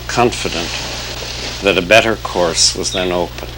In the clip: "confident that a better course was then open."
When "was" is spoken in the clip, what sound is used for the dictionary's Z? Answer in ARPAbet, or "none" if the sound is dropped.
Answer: Z